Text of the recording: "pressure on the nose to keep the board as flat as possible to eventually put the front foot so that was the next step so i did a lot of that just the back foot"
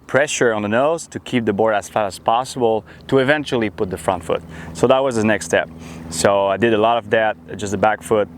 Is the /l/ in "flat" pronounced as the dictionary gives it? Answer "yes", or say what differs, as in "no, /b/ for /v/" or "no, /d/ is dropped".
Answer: no, /l/ is dropped